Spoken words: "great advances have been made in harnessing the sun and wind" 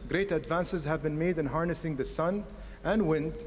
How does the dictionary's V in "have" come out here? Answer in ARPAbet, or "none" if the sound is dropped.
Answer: V